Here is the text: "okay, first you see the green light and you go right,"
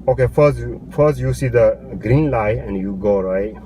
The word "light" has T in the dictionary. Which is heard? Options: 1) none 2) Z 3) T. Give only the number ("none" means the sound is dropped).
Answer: 1